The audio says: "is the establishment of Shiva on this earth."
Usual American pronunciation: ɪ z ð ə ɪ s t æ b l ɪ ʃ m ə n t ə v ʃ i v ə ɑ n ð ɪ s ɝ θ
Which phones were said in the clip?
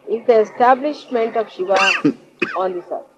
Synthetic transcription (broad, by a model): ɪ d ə ɪ s t æ b l ɪ ʃ m ə n t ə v ʃ i v ə ɑ n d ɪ s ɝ